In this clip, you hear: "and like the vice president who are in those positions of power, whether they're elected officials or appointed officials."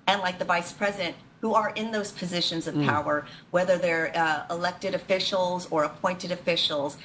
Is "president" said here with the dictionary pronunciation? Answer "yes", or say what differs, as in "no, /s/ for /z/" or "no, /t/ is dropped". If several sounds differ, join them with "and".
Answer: yes